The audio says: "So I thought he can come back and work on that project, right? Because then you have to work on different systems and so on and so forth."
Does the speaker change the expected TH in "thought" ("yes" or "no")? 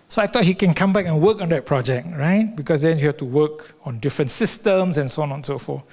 yes